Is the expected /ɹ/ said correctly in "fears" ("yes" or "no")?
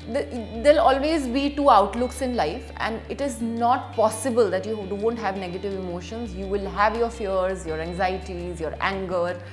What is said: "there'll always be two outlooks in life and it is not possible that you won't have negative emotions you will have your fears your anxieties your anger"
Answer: yes